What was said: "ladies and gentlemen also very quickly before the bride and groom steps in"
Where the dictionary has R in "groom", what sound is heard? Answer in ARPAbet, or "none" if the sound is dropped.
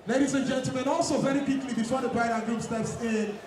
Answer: none